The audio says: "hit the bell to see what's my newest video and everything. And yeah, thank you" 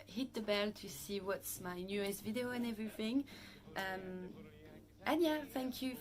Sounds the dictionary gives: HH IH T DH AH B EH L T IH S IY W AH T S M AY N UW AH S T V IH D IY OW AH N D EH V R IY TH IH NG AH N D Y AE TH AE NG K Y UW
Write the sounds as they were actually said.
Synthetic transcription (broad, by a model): HH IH T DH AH B EH L T IH S IY W AH T S M AY N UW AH S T V IH D IY OW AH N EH V R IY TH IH NG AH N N Y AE TH AE NG K Y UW